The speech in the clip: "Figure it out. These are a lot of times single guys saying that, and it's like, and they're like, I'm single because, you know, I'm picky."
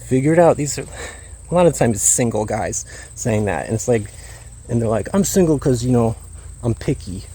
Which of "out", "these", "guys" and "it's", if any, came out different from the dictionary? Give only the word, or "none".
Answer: none